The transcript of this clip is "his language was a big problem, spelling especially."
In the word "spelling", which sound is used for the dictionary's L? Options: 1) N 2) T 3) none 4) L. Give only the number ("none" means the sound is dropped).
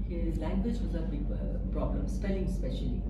4